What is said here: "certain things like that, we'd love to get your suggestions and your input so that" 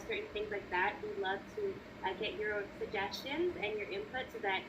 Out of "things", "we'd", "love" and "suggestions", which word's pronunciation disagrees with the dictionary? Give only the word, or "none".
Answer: none